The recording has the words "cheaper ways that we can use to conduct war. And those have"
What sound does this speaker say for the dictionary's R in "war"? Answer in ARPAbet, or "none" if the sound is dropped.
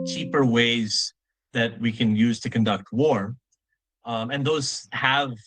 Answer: R